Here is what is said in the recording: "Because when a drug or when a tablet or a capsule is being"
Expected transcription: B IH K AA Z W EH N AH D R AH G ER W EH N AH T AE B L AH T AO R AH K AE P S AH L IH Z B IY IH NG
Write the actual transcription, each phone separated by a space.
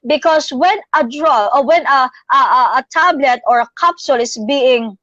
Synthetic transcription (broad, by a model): B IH K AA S W EH N AH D R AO AO W EH N AH T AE B L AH T AO R AH K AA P S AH L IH S B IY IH NG